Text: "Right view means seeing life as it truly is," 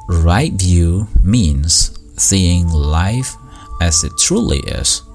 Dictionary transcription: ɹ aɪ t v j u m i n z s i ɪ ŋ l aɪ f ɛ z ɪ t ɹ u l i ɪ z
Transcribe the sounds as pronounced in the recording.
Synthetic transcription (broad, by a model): ɹ aɪ t v j u m i n z s i ɪ ŋ l aɪ f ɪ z ɪ t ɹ u l i ɪ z